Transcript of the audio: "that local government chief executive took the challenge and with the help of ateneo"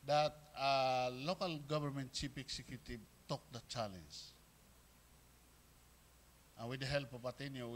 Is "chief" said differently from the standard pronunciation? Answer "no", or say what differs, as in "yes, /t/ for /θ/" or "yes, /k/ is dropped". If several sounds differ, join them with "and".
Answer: yes, /p/ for /f/